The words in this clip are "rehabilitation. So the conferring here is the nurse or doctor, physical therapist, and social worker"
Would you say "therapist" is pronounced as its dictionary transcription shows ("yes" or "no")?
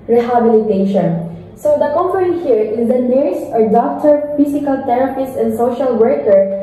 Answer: no